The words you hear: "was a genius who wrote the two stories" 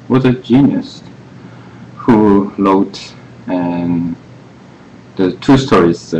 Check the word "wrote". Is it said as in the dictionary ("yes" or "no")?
no